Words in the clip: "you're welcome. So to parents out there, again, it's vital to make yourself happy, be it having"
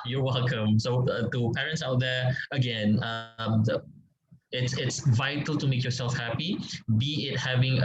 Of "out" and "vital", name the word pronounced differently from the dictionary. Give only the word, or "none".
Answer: none